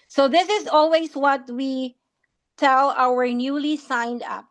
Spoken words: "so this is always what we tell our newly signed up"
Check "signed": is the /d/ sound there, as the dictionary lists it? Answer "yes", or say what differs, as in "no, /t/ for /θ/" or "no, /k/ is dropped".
yes